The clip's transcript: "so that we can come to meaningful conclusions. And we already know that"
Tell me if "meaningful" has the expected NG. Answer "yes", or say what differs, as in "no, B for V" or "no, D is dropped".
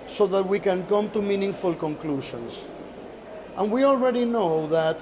yes